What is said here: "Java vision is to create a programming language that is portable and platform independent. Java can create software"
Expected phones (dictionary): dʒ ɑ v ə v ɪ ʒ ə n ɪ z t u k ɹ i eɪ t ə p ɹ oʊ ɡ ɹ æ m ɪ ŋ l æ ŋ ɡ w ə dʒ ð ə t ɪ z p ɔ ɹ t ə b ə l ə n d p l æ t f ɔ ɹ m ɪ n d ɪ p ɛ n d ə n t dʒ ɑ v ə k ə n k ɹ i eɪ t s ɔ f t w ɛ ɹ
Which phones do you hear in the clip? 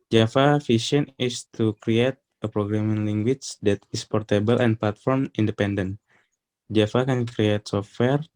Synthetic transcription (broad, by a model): dʒ ɑ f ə f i ʃ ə n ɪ s t u k ɹ i eɪ t ə p ɹ oʊ ɡ ɹ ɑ m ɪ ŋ l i ŋ ɡ w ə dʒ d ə t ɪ s p ɔ ɹ t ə b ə l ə n p l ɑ t f ɔ ɹ m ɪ n d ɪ p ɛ n d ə n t dʒ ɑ f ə k ə n k ɹ i eɪ t s ɔ f t w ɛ ɹ